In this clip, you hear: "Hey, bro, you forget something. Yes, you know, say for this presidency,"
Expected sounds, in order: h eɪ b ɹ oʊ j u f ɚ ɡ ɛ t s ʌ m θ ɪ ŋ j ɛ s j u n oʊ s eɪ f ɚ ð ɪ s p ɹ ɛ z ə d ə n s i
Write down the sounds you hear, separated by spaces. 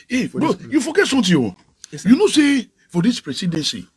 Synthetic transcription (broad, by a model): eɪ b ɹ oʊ j u f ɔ ɡ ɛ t s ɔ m t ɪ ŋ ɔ j u n oʊ s eɪ f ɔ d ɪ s p ɹ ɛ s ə d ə n s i